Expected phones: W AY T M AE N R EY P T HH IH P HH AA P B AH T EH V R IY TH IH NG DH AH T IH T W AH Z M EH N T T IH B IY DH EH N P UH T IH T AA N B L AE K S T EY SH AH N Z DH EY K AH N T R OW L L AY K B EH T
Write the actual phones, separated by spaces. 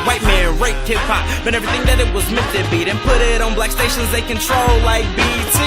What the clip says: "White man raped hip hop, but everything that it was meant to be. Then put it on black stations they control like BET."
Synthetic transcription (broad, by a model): W AY T M AE N R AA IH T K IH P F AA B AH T EH V R IY TH IH NG DH AH T IH T W AH Z M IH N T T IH B IY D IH N P UH T IH T N B L AE K S T EY SH AH N Z DH EY K AH N T R OW L L AY K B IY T